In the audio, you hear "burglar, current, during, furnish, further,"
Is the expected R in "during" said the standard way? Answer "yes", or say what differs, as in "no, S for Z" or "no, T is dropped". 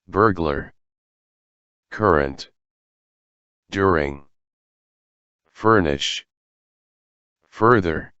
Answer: yes